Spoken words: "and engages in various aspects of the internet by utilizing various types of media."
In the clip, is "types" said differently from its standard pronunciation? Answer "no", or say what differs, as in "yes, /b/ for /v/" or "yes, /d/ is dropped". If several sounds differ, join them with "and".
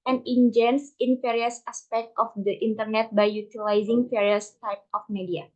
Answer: yes, /s/ is dropped